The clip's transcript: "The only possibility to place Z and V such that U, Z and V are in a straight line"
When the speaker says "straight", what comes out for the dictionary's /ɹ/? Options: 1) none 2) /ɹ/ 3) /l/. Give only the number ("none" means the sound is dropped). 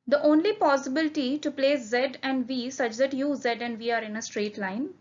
2